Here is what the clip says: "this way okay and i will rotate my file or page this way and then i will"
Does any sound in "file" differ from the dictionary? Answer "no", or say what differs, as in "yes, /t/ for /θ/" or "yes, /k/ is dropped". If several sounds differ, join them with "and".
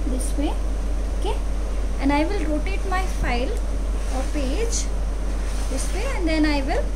no